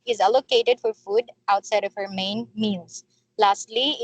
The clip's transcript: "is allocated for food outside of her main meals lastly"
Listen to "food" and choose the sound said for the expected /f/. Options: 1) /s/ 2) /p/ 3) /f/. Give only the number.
3